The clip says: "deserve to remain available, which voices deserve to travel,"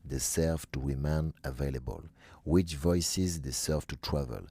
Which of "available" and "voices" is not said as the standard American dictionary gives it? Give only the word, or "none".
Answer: none